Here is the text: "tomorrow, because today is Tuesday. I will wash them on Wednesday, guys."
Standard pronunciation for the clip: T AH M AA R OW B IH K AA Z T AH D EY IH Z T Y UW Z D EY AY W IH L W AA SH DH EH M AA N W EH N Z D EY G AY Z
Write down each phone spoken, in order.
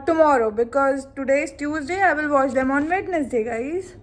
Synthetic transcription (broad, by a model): T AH M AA R OW B IH K AA Z T AH D EY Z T Y UW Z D EY AY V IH L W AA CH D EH M AA N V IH N S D EY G AY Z